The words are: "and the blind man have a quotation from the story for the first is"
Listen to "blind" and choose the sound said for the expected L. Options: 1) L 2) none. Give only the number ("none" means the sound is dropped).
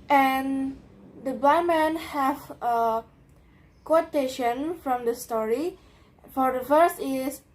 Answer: 2